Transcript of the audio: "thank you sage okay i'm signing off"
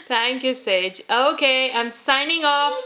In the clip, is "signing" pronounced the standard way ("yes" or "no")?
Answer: yes